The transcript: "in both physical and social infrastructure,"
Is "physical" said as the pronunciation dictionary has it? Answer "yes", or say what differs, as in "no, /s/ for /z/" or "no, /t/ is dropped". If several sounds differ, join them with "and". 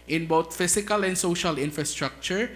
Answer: no, /s/ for /z/